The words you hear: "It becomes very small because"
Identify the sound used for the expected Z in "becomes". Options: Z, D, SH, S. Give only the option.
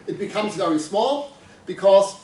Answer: Z